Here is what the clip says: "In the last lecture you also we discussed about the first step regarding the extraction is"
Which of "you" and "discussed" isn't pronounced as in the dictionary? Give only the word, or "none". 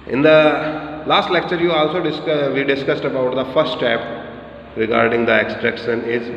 none